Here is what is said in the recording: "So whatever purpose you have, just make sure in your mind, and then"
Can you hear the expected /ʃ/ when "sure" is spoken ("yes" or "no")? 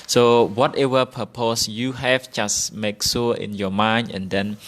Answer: no